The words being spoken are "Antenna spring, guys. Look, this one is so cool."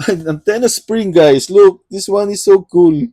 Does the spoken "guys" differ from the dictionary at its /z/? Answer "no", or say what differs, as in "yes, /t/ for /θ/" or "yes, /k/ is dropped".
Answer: yes, /s/ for /z/